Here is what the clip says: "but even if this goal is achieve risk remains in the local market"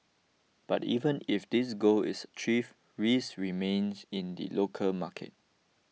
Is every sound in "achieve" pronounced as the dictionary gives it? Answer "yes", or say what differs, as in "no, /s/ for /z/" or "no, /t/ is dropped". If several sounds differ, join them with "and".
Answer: no, /f/ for /v/